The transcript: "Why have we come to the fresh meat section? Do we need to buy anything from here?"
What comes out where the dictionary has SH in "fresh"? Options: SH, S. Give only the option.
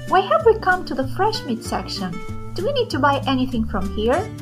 SH